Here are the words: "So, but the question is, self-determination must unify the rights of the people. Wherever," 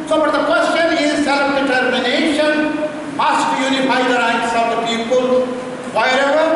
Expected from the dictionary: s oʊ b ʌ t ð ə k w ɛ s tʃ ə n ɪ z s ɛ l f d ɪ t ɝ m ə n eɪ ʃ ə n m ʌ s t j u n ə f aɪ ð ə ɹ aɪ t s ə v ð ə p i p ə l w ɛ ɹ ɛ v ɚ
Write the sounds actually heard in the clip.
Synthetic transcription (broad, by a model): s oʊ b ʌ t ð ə k w ɛ s tʃ ə n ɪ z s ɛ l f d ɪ t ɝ m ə n eɪ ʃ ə n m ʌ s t j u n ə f aɪ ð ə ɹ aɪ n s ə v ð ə p i p ə l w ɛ ɹ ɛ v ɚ